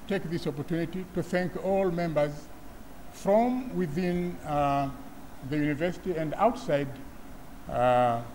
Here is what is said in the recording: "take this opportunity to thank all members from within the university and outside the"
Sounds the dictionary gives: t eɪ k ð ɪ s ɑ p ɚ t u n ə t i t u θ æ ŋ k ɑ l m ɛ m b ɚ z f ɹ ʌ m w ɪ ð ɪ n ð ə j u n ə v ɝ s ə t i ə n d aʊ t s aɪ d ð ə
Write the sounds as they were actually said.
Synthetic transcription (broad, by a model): t eɪ k ð ɪ s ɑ p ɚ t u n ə t i t u θ æ ŋ k ɑ l m ɛ m b ɚ z f ɹ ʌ m w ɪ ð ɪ n ð ə j u n ə v ɝ s ə t i ə n d aʊ t s aɪ d